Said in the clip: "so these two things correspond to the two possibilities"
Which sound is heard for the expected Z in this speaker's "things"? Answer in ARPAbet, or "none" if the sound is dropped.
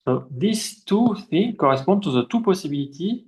none